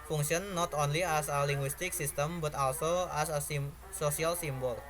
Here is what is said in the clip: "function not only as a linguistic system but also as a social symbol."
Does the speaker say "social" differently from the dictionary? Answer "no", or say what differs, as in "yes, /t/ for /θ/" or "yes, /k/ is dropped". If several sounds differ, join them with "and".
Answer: yes, /s/ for /ʃ/